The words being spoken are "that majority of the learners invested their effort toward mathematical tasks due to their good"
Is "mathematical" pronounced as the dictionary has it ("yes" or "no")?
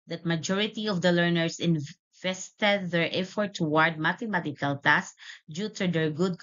no